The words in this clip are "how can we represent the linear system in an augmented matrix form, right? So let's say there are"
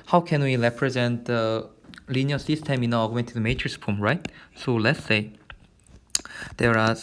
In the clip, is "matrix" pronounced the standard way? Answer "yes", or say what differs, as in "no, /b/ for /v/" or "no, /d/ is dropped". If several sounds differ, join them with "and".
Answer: no, /k/ is dropped